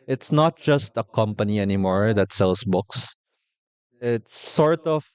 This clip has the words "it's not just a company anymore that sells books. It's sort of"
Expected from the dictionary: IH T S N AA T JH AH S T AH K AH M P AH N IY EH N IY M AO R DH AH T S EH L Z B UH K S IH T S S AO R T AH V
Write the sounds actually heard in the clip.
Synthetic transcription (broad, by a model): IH T S N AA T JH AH S T AH K AH M P AH N IY EH N IY M AO R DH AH T S EH L S B UH K S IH T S S AO R T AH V